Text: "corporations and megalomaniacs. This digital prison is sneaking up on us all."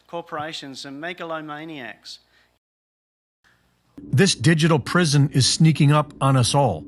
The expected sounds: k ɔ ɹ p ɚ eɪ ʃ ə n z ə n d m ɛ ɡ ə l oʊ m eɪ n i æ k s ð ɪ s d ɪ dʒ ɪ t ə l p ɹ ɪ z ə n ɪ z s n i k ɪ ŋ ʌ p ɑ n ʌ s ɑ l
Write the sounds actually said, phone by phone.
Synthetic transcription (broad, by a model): k ɔ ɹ p ɚ eɪ ʃ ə n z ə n m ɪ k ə l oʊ m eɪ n i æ k s ð ɪ s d ɪ dʒ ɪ t l p ɹ ɪ z ə n ɪ z s n i k ɪ ŋ ʌ p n ʌ s ɑ l